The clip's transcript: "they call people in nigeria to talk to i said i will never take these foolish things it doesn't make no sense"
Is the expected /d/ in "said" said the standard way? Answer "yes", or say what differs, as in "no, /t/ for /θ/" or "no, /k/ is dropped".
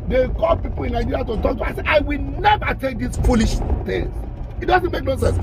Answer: no, /d/ is dropped